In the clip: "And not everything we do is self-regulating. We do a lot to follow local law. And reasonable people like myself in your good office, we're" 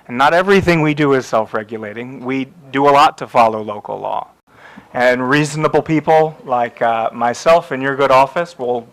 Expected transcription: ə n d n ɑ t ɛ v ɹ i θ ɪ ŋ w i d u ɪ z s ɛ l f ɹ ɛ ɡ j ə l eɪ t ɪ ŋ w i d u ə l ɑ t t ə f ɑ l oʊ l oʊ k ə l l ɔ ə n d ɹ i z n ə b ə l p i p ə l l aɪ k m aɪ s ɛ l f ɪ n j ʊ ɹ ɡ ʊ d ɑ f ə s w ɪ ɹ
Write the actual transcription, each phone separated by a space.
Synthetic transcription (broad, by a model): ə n n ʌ t ɛ v ɹ i θ ɪ ŋ w i d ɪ ɪ z s ɛ l f ɹ ɛ ɡ j ə l eɪ t ɪ ŋ w i d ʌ ə l ɑ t t ə f ɑ l oʊ l oʊ k l l ɔ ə n ɹ i z n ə b l p i p l l aɪ k m aɪ s ɛ l f ɪ n j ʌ ɹ ɡ ʊ d ɑ f ə s w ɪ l